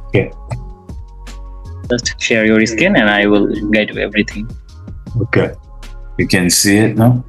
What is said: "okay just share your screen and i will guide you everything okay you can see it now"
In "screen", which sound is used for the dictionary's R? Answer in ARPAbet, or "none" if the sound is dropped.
none